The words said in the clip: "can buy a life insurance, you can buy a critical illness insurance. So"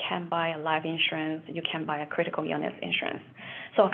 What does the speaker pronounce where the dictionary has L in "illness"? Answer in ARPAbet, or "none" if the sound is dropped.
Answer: none